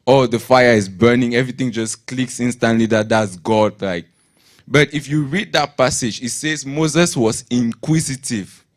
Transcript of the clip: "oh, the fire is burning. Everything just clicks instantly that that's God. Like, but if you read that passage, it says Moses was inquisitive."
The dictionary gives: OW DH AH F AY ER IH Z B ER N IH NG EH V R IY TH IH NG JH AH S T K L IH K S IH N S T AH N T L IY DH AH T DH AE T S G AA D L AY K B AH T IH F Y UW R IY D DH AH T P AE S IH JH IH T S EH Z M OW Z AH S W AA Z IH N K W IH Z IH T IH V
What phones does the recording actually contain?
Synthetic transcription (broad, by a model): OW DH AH F AY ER IH Z B ER N IH NG EH V R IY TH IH NG JH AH S K L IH K S IH N S T AH N T L IY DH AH T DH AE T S G AA D L AY K B AH T IH F Y UW R IY D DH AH T P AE S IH JH IH T S EH Z M OW Z AH S W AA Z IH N K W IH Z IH T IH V